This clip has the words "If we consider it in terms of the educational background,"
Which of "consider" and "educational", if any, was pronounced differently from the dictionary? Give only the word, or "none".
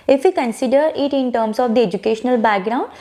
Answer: none